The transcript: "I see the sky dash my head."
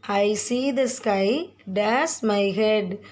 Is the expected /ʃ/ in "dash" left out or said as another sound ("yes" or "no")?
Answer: yes